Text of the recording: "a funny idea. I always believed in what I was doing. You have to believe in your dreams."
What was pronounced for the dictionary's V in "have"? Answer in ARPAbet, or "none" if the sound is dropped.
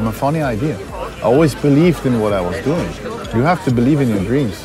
F